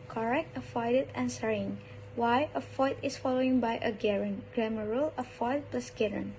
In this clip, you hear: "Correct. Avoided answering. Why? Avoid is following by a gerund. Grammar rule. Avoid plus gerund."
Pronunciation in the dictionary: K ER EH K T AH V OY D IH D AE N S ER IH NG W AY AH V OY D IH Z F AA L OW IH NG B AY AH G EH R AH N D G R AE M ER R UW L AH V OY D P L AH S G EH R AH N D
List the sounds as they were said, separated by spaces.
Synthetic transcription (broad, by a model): K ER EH K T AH F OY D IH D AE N S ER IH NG W AY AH F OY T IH S F AA L OW IH NG B AY AH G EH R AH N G R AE M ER R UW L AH F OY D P L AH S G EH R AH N